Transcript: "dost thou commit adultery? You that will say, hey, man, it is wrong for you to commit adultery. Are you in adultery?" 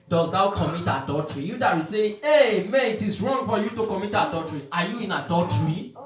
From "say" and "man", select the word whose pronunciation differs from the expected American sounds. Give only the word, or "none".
man